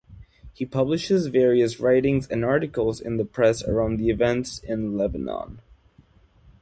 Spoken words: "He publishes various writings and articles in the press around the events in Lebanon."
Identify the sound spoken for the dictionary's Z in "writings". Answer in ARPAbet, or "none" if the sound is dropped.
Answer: Z